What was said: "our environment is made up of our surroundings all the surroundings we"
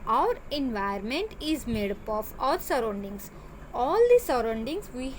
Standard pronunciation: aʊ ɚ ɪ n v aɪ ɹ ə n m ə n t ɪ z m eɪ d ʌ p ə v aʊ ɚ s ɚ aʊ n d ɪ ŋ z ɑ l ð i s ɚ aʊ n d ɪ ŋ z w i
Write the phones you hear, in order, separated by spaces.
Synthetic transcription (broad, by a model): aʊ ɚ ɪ n v aɪ ə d m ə n t ɪ z m eɪ d ʌ p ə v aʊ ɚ s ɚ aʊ n d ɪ ŋ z ɑ l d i s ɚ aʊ n d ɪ ŋ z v i